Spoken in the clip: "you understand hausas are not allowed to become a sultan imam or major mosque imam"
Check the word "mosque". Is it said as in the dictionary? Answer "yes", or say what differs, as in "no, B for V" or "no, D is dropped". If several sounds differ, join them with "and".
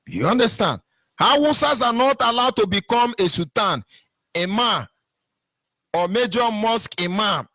yes